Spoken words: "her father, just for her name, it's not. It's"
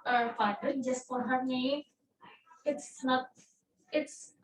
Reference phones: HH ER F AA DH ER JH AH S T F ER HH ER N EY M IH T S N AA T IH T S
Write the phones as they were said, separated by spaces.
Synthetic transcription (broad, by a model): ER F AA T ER JH AH S T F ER HH ER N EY IH T S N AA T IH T S